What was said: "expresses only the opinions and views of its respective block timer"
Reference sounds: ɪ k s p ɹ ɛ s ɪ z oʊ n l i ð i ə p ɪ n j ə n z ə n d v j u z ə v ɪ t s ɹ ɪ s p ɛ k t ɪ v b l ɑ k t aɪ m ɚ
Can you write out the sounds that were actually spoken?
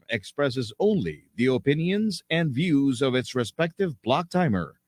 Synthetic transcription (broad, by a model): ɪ k s p ɹ ɛ s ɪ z oʊ n l i ð i ə p ɪ n j ə n z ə n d v j u z ə v ɪ t s ɹ ɪ s p ɛ k t ɪ v b l ɑ k t aɪ m ɚ